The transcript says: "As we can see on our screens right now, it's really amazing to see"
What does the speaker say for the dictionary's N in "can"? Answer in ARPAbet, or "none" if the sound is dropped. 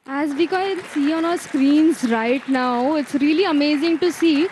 L